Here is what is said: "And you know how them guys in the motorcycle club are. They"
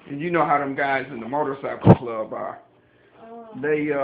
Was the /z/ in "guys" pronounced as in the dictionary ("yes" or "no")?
yes